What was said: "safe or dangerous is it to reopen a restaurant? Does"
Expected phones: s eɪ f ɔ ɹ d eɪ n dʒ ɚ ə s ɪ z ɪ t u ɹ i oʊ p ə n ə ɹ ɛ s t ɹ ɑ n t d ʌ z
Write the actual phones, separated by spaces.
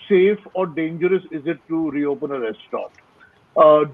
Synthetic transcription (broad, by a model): s eɪ f ɔ ɹ d eɪ n dʒ ɚ ə s ɪ z ɪ t u ɹ i oʊ p ə n ə ɹ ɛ s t ɑ t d